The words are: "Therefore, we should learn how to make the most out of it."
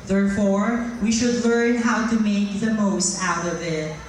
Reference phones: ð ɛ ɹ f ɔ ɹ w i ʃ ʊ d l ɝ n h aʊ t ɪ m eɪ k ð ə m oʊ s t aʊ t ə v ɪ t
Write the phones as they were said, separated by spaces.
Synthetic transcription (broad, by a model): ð ɛ ɹ f ɔ ɹ w i ʃ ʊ d l ɝ n h aʊ t ɪ m eɪ k ð ə m oʊ s t aʊ t ə v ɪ t